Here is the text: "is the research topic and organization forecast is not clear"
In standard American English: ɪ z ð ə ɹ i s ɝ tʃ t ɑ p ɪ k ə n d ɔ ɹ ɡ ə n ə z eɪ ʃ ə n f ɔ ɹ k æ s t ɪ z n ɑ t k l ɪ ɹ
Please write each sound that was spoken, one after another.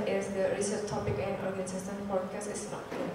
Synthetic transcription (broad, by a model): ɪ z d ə ɹ i s ɝ tʃ t ɑ p ɪ k ə n d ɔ ɹ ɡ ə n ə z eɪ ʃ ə n p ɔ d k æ s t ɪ s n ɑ